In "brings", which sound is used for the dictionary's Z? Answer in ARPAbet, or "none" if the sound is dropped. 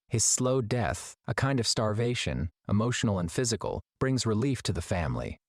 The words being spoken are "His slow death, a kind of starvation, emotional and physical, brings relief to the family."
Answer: Z